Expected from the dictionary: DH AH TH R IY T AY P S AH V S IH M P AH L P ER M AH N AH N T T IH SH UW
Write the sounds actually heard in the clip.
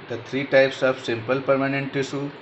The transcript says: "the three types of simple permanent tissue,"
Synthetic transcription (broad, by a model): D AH T R IY T AY P S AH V S IH M P AH L P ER M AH N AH N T T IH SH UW